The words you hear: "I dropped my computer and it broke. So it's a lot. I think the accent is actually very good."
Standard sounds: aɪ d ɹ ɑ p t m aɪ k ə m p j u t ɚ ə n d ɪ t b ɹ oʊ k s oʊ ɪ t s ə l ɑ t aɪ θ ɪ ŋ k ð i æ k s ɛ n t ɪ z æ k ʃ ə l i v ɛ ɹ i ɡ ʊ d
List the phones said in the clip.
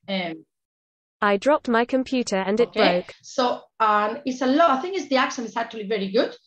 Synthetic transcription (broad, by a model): aɪ d ɹ ɑ p t m aɪ k ə m p j u t ɚ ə n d ɪ t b ɹ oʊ k s oʊ ɪ t s ə l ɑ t aɪ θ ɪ ŋ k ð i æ k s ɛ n ɪ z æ k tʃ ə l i v ɛ ɹ i ɡ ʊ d